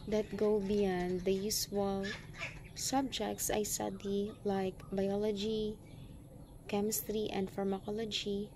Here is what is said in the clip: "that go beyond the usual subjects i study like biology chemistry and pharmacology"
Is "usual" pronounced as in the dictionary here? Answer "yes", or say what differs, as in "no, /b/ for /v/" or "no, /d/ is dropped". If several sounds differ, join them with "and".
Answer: no, /s/ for /ʒ/